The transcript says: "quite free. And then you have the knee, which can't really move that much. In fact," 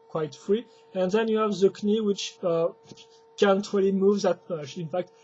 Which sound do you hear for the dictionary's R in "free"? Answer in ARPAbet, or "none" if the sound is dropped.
R